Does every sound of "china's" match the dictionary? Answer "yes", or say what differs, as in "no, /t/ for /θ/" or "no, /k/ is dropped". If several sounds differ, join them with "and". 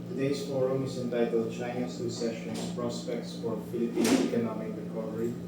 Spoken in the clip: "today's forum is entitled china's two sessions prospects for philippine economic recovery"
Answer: no, /s/ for /z/